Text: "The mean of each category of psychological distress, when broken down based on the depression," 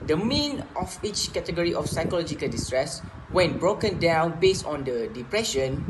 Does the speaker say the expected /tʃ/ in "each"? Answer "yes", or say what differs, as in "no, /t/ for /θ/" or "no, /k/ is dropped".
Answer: yes